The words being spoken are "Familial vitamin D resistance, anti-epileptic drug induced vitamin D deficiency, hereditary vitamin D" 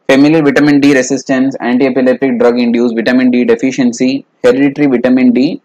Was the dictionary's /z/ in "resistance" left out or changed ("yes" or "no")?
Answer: yes